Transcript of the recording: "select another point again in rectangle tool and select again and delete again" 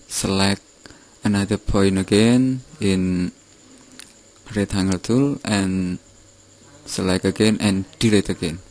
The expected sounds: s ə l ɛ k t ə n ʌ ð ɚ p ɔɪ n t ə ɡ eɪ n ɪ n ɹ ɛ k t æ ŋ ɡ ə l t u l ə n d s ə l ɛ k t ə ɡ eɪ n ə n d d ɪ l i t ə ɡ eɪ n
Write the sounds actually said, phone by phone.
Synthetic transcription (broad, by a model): s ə l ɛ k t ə n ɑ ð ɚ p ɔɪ n ə ɡ eɪ n ɪ n ɹ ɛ t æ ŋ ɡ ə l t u l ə n s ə l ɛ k ə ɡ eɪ n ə n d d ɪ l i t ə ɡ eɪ n